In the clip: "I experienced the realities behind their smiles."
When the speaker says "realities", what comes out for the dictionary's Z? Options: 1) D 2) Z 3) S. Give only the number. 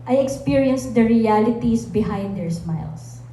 3